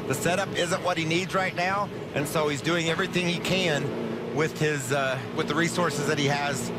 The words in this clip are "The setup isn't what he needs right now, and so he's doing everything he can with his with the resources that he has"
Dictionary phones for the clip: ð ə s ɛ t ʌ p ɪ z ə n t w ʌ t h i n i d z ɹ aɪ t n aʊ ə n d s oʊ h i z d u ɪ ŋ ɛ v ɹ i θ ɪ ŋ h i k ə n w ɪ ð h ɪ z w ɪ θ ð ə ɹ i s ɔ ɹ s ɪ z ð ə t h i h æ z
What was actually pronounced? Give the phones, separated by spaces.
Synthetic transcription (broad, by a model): ð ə s ɛ t ʌ p ɪ z ə n t w ʌ t h i n i d z ɹ aɪ t n aʊ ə n s oʊ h i z d u ɪ ŋ ɛ v ɹ i θ ɪ ŋ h i k ə n w ɪ ð ɪ z w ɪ ð ə ɹ i s ɔ ɹ s ɪ z ð ə t h i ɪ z